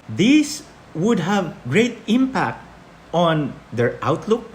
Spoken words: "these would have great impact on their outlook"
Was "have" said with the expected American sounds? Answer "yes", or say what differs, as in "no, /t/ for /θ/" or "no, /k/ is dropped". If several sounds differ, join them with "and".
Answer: yes